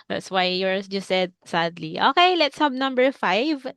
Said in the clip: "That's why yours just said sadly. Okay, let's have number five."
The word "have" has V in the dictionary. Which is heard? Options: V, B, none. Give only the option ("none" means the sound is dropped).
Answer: B